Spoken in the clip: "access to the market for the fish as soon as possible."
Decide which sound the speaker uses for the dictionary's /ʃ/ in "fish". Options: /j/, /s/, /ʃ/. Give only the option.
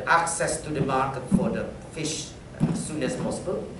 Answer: /ʃ/